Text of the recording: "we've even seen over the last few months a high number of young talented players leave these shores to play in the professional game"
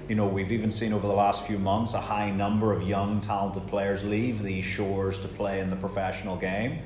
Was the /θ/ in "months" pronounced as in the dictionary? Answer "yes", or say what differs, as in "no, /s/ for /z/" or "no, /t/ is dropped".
yes